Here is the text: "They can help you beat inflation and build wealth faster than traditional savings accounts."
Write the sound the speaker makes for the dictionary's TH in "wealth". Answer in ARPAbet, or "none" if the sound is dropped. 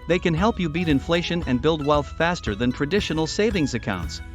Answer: TH